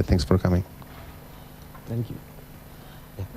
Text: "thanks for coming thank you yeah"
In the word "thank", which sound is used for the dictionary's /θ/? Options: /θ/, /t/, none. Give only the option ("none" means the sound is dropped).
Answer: /t/